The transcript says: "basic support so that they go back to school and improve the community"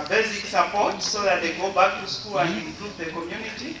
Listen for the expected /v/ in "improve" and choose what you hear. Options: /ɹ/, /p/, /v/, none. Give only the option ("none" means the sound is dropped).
/p/